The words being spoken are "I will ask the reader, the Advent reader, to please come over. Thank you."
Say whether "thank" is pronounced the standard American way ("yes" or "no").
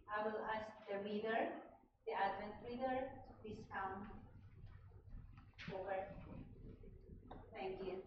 no